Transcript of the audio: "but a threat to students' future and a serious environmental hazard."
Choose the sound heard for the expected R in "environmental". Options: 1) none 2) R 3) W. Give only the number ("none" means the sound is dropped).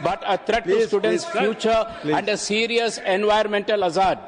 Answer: 1